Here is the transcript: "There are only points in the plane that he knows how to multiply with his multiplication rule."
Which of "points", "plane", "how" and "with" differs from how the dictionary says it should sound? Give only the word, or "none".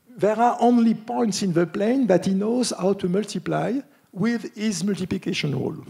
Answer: none